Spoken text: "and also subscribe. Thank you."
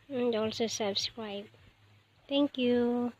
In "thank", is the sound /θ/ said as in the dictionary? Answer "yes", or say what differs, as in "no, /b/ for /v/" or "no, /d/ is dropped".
no, /t/ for /θ/